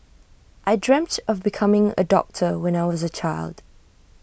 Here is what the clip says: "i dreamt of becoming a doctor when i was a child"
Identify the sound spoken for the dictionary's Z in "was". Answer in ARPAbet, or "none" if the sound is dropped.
Z